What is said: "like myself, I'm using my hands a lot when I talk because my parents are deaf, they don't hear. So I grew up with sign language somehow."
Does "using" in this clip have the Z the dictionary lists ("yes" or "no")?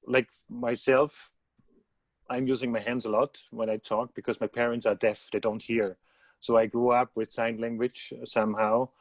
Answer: yes